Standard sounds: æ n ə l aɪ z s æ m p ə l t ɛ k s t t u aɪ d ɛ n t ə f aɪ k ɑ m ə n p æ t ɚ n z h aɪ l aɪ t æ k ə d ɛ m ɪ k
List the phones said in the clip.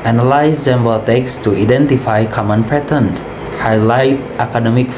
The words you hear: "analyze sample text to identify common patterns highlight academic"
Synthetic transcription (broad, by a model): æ n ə l aɪ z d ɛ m b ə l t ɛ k s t t u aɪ d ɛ n t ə f aɪ k ɑ m ə n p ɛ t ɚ n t h aɪ l aɪ t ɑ k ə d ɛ m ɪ k